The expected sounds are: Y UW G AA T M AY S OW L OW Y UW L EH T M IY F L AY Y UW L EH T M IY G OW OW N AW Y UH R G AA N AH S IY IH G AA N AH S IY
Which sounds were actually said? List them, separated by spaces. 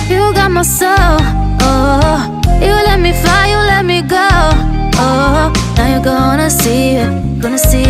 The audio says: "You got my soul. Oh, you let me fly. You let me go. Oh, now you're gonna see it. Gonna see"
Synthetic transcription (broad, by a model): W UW G AA T M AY S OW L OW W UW L EH T M IY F AY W L EH T M IY G OW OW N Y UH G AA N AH S IY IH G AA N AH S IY